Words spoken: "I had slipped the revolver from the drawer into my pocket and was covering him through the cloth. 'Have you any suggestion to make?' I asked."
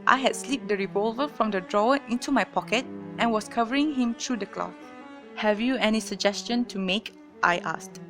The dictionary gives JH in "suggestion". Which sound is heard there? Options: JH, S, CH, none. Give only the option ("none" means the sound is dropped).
JH